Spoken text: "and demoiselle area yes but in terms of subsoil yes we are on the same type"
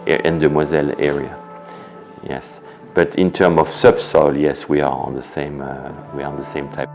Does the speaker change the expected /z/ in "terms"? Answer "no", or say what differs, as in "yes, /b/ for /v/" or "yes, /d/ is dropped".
yes, /z/ is dropped